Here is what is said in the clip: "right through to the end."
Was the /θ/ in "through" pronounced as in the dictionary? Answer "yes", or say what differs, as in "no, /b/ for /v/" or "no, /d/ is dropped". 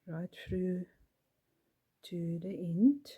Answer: no, /f/ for /θ/